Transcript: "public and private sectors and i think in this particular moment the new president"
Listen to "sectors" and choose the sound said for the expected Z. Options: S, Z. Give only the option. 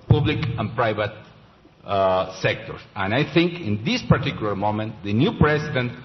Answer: S